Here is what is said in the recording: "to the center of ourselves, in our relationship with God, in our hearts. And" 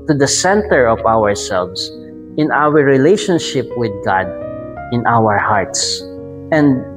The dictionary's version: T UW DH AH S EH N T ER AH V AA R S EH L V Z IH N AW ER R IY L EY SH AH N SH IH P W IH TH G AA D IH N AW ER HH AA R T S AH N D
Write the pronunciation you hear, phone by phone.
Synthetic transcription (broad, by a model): T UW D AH S EH N T ER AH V AA R S EH L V S IH N AW ER R IY L EY SH AH N SH IH P W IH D G AA D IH N AW ER HH AA R T S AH N D